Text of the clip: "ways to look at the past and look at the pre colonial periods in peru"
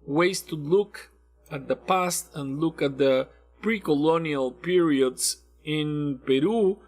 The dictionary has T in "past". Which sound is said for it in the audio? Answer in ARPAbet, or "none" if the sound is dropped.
T